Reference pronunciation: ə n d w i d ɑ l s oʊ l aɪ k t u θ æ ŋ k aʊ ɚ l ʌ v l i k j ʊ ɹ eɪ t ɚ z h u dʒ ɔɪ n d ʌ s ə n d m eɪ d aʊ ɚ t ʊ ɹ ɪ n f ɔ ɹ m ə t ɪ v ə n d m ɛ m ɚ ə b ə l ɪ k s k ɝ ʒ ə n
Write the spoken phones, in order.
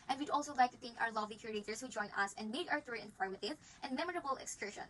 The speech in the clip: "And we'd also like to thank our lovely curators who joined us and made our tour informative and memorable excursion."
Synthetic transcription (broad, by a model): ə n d w i d ɑ l s oʊ l aɪ k t u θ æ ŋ k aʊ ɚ l ʌ v l i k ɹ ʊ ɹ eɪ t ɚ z h u dʒ ɔɪ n ʌ s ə n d m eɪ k aʊ ɚ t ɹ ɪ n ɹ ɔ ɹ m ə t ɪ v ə n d m ɛ m ɚ ə b ə l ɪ k s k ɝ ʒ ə n